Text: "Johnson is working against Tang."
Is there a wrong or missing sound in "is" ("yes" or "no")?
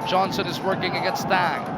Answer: no